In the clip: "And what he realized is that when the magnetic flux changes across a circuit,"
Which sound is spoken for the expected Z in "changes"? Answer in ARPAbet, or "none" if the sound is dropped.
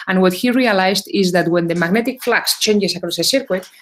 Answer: S